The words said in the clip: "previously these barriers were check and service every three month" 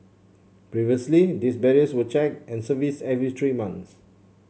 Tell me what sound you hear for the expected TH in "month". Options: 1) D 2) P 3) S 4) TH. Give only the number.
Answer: 3